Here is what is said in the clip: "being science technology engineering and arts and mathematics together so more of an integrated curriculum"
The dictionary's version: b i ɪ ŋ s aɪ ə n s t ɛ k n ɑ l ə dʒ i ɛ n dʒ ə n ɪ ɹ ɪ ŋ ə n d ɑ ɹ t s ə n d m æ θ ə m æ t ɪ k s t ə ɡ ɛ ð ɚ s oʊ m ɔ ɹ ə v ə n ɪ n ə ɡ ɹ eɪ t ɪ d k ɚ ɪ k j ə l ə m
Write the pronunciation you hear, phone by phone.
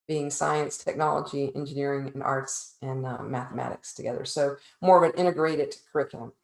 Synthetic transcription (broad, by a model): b i ɪ ŋ s aɪ ə n s t ɛ k n ɑ l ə dʒ i ɛ n dʒ ə n ɪ ɹ ɪ ŋ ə n ɑ ɹ t s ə n m æ θ ə m æ t ɪ k s t ə ɡ ɛ ð ɚ s oʊ m ɔ ɹ ə v ə n ɪ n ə ɡ ɹ eɪ t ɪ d k ɚ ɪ k j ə l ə m